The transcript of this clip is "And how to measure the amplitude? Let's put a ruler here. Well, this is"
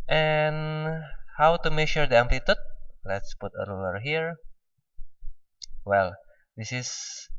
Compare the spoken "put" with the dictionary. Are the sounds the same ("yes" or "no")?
yes